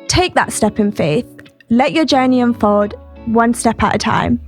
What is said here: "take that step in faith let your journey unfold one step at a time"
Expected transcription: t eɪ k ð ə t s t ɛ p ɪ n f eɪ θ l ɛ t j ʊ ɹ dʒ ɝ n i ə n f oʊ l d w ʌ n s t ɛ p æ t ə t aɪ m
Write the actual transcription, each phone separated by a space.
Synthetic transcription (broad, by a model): t eɪ k ð ə t s t ɛ p ɪ n f eɪ θ l ɛ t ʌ dʒ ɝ n i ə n f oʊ d w ʌ n s t ɛ p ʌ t ə t aɪ m